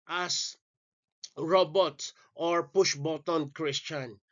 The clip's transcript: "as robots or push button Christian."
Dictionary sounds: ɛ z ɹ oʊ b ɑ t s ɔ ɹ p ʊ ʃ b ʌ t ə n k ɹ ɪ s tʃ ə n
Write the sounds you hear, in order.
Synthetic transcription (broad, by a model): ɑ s ɹ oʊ b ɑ t ɔ ɹ p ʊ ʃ b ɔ t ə n k ɹ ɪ s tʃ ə n